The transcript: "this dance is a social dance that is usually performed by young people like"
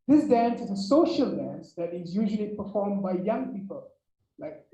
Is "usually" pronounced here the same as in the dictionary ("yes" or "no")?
yes